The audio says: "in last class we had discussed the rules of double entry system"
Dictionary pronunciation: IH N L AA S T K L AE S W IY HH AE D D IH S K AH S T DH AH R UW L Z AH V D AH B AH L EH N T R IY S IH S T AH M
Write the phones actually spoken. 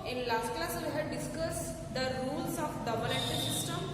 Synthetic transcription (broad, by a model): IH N L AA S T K L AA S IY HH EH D D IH S K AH S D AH R UW L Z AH F D AH B AH L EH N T IY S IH S T AH M